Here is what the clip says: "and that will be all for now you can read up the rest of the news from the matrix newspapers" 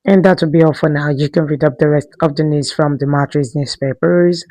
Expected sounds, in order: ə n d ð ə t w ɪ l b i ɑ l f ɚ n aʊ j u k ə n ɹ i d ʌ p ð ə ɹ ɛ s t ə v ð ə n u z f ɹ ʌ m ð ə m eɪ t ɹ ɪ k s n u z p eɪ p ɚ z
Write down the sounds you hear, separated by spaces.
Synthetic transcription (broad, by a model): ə n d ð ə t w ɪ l b i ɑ f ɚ n aʊ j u k ə n ɹ i d ʌ p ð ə ɹ ɛ s t ə v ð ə n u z f ɹ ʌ m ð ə m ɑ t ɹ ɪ s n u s p eɪ p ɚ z